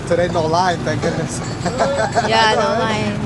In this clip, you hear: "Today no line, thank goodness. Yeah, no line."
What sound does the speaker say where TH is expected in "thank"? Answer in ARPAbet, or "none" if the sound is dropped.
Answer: T